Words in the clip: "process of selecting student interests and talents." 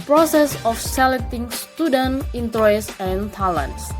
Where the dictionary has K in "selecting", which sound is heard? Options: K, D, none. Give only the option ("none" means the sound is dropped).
none